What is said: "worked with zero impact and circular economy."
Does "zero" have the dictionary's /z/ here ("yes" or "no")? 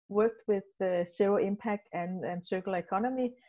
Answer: no